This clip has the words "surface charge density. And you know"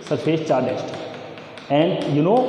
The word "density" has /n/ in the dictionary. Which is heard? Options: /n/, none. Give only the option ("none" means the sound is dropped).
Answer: none